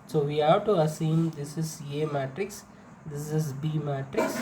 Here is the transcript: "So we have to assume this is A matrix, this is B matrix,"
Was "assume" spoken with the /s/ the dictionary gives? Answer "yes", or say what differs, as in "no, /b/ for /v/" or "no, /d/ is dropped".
yes